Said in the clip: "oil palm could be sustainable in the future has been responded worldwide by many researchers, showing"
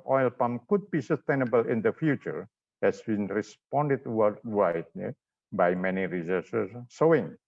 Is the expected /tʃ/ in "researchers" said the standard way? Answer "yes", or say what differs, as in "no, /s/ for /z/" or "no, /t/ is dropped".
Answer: no, /s/ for /tʃ/